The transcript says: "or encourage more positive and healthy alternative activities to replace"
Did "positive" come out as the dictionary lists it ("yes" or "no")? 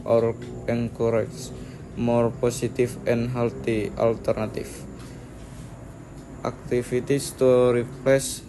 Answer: no